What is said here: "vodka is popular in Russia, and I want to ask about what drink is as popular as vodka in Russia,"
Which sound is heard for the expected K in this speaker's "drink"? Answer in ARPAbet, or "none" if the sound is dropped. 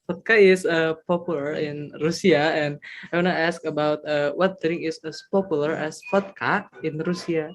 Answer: none